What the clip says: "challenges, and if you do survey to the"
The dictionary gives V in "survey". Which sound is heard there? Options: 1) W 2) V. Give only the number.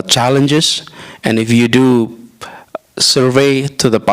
2